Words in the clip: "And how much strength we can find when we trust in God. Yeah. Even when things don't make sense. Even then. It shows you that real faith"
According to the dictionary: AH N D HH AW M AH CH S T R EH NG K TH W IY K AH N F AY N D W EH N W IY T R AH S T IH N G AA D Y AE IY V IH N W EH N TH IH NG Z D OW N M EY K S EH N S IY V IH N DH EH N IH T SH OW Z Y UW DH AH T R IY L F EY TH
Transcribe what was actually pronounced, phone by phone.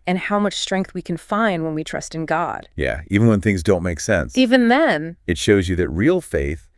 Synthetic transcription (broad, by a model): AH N HH AW M AH CH S T R EH NG K TH W IY K AH N F AY N D W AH N W IY T R AH S T IH N G AA D Y AE IY V IH N W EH N TH IH NG Z D OW N M EY K S EH N S IY V IH N DH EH N IH T SH OW Z Y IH DH AH T R IY L F EY TH